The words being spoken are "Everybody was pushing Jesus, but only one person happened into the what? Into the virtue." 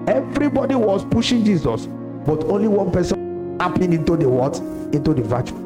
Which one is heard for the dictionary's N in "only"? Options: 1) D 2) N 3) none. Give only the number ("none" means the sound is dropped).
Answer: 2